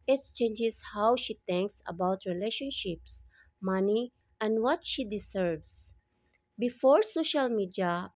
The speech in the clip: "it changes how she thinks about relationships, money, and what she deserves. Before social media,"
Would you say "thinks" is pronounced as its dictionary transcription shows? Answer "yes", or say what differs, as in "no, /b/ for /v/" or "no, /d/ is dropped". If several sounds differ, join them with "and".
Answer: no, /t/ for /θ/